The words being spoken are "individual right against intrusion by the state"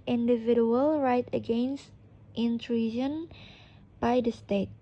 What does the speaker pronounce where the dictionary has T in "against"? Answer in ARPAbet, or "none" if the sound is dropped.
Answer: T